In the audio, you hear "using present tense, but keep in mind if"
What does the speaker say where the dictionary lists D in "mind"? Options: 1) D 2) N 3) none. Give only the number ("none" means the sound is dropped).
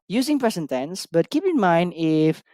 1